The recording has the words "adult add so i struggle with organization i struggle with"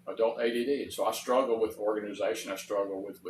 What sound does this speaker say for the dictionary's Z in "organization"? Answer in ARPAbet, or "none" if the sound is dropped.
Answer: Z